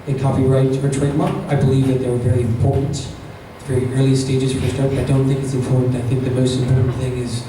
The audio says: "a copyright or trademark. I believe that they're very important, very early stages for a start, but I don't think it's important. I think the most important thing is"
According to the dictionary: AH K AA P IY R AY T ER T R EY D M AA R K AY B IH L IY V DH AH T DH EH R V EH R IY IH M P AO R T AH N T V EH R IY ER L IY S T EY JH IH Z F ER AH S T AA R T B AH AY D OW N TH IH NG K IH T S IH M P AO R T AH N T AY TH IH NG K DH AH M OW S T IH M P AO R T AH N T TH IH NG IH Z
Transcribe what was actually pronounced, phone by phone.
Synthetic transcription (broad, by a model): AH K AA P IY R AY T ER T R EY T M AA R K AY B IH L IY V DH AH T DH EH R V EH R IY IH M P AO R T N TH R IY ER L IY S T EY JH IH Z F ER AH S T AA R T AY D OW N TH IH NG K IH T S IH M P AO R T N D AY TH IH NG K DH AH M OW S T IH M P AO R T N TH IH NG IH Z